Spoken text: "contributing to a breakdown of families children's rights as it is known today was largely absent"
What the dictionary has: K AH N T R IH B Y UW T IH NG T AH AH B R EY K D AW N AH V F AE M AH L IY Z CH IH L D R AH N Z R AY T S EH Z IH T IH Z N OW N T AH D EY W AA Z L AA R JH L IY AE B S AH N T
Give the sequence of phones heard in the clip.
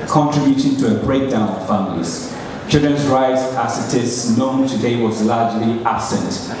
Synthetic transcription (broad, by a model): K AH N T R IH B Y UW T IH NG T AH AH B R EY K D AW N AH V F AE M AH L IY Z CH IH L D R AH N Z R AY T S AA S IH T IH S N OW N T AH D EY W AA Z L AA JH L IY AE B S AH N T